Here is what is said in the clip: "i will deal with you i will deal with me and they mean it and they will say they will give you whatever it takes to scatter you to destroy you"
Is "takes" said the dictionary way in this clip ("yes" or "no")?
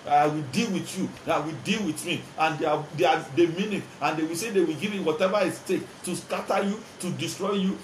no